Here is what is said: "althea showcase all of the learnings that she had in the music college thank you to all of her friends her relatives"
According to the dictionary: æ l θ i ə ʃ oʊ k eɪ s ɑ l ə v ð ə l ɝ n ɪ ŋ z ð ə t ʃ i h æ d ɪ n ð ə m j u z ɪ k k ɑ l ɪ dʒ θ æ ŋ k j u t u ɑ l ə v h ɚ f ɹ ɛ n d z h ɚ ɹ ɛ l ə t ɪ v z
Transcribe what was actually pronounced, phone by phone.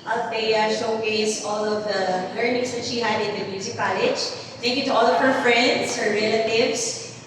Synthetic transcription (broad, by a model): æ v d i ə ʃ oʊ k eɪ s ɑ l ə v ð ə l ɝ n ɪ ŋ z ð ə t ʃ i h æ d ɪ n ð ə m j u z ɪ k k ɑ l ɪ dʒ t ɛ k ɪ t u ɑ l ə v h ɚ f ɹ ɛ n d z h ɚ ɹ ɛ l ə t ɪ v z